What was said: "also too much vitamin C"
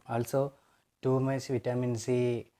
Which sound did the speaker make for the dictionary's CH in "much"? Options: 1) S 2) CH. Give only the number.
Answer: 1